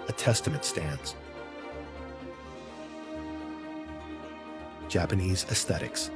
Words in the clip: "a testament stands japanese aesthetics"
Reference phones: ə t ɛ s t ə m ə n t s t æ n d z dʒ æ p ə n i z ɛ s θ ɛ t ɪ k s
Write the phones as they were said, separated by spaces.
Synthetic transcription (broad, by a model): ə t ɛ s t ə m ə n t s t æ n d z dʒ æ p ə n i z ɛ s θ ɛ t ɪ k s